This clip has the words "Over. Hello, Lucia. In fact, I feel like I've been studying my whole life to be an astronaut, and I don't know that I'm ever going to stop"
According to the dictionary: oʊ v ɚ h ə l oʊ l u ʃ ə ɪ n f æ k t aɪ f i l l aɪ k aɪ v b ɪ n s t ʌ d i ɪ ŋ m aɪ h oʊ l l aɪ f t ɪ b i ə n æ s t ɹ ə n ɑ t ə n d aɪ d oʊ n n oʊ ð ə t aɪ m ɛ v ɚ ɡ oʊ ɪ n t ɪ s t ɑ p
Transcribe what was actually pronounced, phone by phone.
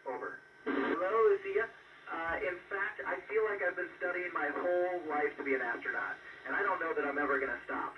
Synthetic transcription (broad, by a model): oʊ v ɚ h ə l oʊ l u s ə ɪ n f æ k t aɪ f i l l aɪ k aɪ v b ɪ n s t ʌ d i ɪ ŋ m aɪ h oʊ l l aɪ f t ɪ b i ə n æ s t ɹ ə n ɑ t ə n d aɪ d oʊ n n oʊ ð ə t aɪ m ɛ v ɚ ɡ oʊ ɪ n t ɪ s t ɑ p